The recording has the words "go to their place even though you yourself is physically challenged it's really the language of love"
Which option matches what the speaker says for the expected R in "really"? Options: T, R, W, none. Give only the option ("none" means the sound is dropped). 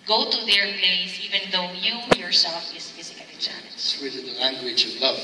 W